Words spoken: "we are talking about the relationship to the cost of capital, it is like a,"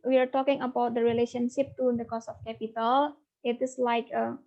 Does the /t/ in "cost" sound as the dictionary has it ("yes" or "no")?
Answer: no